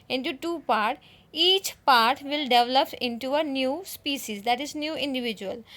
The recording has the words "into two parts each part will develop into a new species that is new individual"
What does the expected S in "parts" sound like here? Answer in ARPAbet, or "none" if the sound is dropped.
none